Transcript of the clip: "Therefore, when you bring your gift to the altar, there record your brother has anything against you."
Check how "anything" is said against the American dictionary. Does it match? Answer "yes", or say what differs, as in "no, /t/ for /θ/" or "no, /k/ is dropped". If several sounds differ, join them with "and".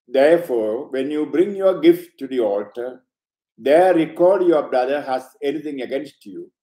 no, /t/ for /θ/